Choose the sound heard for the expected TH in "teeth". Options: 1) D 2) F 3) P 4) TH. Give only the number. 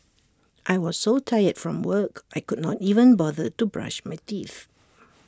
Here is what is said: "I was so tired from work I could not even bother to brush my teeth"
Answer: 4